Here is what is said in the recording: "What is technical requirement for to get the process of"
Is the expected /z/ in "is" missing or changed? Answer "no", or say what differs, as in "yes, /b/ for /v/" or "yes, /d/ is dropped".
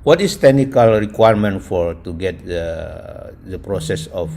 yes, /s/ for /z/